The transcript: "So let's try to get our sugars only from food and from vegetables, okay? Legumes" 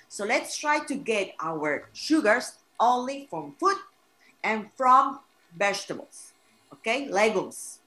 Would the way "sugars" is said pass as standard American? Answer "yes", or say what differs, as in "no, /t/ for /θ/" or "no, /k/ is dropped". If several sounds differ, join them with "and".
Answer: no, /s/ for /z/